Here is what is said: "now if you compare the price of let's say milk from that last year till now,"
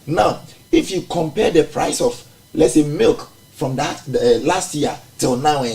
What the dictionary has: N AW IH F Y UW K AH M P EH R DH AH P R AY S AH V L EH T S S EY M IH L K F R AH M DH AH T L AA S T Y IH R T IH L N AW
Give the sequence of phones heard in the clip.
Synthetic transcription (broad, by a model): N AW IH F Y UW K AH M P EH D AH P R AY S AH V L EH T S S EY M IH L K F R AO M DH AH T L AA S T Y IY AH T IH L N AW